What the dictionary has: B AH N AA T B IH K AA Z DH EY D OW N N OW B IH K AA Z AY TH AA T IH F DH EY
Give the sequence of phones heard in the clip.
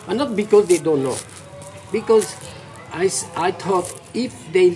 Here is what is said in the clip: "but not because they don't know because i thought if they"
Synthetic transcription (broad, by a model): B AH N AA T B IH K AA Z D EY D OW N N OW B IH K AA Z AY S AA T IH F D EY